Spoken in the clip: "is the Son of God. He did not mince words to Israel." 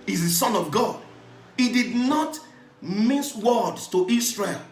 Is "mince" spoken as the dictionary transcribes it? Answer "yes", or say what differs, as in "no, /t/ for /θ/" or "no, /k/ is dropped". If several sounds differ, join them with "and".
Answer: no, /n/ is dropped